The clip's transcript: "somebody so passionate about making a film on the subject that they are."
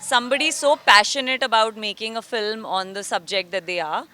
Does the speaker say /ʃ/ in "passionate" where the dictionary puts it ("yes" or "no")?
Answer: yes